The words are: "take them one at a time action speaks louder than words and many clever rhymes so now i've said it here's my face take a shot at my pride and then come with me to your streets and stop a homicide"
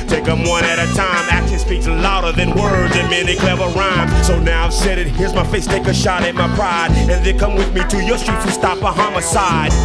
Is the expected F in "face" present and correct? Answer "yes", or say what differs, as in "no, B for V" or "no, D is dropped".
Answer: yes